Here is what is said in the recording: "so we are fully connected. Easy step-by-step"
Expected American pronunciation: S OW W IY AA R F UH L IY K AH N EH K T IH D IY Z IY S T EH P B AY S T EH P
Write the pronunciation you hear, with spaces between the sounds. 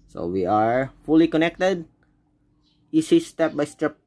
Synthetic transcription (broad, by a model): S OW W IY AA R F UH L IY K AH N EH K T IH D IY S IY S T EH P B AY S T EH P